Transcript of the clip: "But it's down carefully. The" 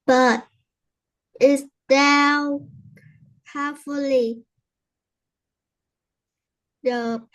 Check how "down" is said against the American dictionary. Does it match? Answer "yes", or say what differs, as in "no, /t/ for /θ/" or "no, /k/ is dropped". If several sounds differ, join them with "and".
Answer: no, /l/ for /n/